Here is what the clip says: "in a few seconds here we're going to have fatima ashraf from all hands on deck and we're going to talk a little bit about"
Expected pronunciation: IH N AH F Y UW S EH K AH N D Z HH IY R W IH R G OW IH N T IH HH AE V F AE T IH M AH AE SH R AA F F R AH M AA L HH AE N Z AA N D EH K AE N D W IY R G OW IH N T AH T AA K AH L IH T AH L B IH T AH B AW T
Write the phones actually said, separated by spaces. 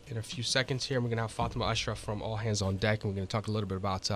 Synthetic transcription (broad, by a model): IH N AH F Y UW S EH K AH N D Z HH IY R W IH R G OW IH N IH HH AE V F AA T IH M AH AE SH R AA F F R AH M AA L HH AE N Z N D EH K N W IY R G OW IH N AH T AA K AH L IH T L B IH T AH B AW T